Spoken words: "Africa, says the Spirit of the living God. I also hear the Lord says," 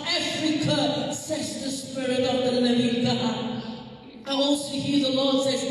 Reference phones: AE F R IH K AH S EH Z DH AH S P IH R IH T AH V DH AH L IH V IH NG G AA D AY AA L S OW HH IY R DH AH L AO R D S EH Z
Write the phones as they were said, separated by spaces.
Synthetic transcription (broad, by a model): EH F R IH K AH S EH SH DH AH S P IH R IH T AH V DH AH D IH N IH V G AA AY AA L S OW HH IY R DH AH L AO R D S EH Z